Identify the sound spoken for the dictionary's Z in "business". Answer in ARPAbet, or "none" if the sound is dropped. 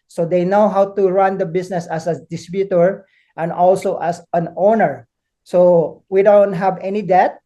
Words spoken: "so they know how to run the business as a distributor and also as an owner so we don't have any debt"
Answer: S